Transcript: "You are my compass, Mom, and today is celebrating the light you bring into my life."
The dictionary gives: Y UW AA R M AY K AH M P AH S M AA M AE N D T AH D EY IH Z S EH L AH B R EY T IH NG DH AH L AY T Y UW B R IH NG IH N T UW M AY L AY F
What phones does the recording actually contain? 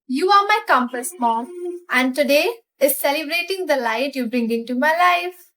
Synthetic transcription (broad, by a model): Y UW AA R M AY K AH M P AH S M AA M AE N D T AH D EY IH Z S EH L AH B R EY T IH NG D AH L AY T Y UW B R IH NG IH N T UW M AY L AY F